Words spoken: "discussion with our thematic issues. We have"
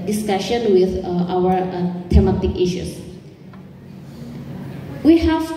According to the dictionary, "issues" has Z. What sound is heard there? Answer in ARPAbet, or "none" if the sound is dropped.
S